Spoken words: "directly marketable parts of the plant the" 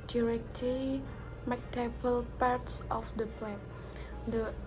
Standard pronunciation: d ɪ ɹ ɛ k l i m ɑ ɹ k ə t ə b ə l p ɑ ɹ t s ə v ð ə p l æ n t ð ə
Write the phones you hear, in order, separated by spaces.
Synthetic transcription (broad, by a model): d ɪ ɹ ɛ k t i m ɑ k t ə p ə l p ɑ ɹ t s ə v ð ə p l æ t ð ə